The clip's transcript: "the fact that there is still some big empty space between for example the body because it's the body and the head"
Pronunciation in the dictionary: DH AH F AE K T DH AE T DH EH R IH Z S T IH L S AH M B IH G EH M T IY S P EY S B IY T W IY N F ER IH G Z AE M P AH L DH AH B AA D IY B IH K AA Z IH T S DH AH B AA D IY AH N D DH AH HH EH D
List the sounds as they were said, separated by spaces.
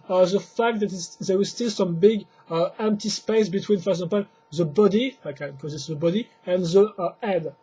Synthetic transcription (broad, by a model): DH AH F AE K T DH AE T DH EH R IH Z S T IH L S AH M B IH G EH M T IY S P EY S B IY T W IY N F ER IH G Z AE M P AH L DH AH B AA D IY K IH K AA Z IH T S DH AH B AA D IY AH N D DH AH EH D